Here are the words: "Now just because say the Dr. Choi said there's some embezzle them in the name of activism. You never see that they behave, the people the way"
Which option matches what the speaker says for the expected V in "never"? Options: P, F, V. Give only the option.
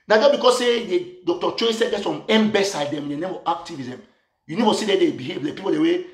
F